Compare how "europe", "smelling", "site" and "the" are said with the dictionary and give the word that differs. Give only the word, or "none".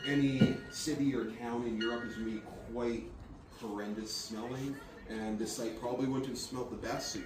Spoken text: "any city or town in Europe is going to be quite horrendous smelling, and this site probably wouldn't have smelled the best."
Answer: none